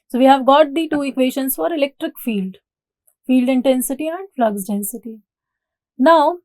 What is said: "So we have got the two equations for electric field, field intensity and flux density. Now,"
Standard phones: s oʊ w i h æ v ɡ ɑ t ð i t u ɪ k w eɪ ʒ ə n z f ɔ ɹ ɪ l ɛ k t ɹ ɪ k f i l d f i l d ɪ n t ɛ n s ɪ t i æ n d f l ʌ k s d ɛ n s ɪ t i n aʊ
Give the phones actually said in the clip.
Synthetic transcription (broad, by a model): s oʊ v i h æ v ɡ ɑ t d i t u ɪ k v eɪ ʃ ə n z f ɔ ɹ ɪ l ɛ k t ɹ ɪ k f i l d f i l d ɪ n t ɛ n s ɪ t i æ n d f l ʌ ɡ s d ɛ n s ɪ t i n aʊ